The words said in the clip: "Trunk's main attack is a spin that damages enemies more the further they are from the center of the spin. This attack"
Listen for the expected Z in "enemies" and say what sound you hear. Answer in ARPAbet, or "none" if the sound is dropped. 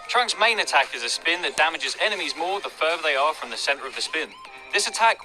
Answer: Z